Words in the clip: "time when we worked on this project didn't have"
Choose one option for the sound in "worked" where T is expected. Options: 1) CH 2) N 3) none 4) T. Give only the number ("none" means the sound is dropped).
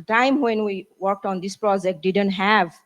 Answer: 4